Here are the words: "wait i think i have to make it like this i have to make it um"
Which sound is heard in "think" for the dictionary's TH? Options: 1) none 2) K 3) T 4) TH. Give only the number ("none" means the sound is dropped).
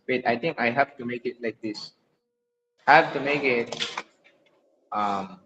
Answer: 3